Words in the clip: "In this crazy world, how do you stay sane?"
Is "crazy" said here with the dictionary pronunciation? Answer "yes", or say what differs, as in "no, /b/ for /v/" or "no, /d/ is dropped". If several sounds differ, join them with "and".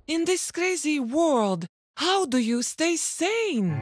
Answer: yes